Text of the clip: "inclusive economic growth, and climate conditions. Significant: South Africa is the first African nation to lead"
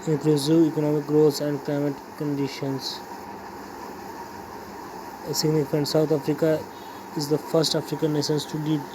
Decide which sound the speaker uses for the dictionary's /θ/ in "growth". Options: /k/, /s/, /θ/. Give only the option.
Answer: /s/